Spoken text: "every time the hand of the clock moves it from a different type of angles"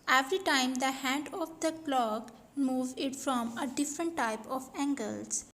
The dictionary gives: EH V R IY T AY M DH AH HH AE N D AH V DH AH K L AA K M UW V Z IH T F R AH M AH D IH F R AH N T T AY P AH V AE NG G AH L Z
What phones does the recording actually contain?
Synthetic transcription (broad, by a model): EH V R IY T AY M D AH HH AE N D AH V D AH K L AA K M UW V IH T F R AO M AH D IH F R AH N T T AY P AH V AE NG G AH L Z